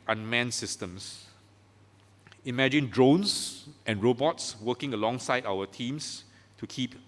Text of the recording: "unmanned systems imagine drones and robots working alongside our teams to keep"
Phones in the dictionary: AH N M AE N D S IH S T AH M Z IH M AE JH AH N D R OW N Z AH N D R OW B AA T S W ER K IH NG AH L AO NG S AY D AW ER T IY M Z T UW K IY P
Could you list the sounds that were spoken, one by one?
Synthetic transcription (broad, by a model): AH N M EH N S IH S T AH M S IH M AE JH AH N D R OW N S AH N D R OW B AA T S W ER K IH NG AH L AO NG S AY D AW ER T IY M S T UW K IY P